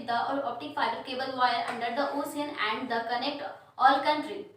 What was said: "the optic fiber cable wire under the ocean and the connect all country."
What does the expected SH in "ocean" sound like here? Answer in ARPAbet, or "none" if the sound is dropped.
S